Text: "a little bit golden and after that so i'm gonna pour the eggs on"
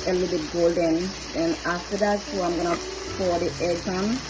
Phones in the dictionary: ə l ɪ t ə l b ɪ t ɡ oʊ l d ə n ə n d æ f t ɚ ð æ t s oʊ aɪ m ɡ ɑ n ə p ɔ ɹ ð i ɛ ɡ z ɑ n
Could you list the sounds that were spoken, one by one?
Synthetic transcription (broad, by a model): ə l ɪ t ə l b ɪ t ɡ oʊ l d ə n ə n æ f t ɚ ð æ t s oʊ aɪ m ɡ ɑ n ə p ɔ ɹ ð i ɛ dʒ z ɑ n